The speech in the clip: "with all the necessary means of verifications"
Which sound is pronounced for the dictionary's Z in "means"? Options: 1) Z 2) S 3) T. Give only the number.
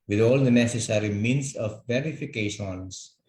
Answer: 2